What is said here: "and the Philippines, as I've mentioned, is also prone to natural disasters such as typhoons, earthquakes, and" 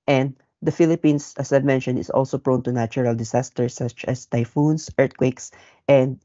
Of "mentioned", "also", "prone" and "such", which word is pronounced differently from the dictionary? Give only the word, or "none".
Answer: mentioned